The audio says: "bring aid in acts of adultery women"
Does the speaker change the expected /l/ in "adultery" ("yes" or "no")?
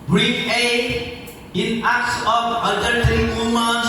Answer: yes